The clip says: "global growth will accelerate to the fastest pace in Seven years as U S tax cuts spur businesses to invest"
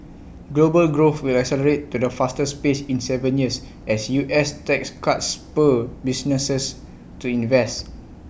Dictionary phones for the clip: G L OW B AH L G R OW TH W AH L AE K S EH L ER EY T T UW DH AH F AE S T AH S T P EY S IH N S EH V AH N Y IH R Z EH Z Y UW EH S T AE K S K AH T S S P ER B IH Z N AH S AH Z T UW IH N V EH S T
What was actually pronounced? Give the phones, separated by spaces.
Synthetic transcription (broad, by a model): G L OW B AH L G R OW TH W AH L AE K S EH L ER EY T T UW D AH F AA S T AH S P EY S IH N S EH V AH N Y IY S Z EH S Y UW EH S T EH K S K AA T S S P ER B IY S N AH S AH S T UW IH N V EH S T